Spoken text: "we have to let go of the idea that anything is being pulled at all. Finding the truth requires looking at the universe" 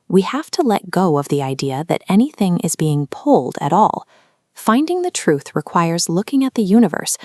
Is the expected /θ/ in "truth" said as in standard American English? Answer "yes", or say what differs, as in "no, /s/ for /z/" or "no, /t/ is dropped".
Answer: yes